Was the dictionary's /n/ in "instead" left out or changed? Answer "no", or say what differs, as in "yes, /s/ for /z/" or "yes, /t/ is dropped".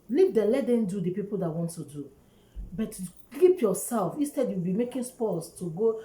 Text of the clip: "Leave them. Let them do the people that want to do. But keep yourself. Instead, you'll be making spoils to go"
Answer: no